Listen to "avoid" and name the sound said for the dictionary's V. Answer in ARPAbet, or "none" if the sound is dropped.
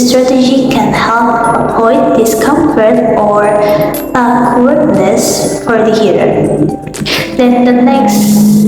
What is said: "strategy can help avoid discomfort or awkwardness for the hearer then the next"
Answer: P